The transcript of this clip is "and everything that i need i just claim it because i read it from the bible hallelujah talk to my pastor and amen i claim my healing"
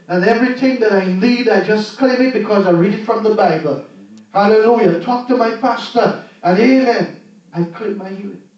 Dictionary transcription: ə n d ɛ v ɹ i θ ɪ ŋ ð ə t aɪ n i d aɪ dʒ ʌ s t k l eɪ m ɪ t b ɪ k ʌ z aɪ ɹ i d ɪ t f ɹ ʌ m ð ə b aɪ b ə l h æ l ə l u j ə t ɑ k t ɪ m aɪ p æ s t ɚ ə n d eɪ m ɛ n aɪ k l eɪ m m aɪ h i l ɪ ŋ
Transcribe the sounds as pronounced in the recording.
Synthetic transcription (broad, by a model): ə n ɛ v ɹ i θ ɪ ŋ ð ə t aɪ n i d aɪ dʒ ʌ s k l eɪ m ɪ t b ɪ k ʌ z aɪ ɹ i d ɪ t f ɹ ʌ m ð ə b aɪ b ə l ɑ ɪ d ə n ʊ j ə t ɑ k t ɪ m aɪ p æ s t ɚ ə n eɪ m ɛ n aɪ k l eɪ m m aɪ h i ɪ